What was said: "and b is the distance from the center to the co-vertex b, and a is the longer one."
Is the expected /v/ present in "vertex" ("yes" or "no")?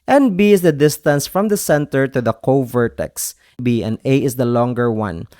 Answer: yes